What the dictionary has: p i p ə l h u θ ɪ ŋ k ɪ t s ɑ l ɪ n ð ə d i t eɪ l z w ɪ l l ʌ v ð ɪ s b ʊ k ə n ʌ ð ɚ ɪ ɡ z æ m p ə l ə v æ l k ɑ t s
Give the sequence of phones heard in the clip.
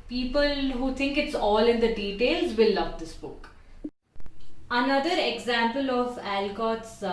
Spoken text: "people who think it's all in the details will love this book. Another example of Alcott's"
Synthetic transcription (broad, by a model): p i p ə l h u t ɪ ŋ k ɪ t s ɑ l ɪ n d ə d i t eɪ l z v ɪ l l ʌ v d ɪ s b ʊ k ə n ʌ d ɚ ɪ ɡ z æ m p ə l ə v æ l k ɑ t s